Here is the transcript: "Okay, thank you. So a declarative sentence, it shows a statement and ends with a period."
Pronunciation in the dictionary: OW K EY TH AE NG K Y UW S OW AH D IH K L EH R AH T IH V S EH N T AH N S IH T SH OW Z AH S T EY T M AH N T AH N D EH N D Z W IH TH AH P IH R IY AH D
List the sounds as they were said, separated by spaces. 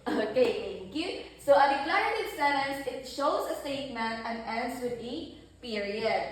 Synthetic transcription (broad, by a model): OW K EY T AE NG K Y UW S OW AH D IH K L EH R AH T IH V S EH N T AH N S IH T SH OW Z AH S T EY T M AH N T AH N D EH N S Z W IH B AH P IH R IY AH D